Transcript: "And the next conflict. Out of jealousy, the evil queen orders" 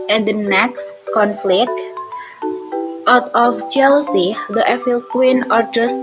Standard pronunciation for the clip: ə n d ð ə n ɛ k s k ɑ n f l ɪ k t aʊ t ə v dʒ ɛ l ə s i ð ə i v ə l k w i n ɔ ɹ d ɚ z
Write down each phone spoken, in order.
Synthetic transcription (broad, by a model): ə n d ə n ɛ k s k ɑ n f l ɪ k t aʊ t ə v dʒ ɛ l s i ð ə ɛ f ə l k w i n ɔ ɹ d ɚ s